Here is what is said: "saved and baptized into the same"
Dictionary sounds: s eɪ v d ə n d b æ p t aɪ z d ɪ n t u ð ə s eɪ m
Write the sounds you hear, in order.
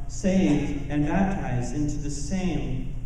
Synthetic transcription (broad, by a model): s eɪ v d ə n b æ p t aɪ z d ɪ n t u ð ə s eɪ m